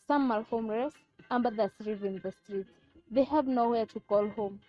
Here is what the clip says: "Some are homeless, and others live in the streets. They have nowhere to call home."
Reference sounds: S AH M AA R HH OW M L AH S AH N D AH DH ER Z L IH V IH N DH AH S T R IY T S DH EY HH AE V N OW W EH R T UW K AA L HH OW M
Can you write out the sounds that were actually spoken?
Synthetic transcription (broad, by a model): S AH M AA L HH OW M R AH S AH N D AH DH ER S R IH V IH N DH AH S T R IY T DH EY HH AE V N OW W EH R T UW K AA L HH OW M